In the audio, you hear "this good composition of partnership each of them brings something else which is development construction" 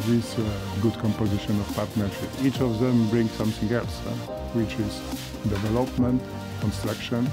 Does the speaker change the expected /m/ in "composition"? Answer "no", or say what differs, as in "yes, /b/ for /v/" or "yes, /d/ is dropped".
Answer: no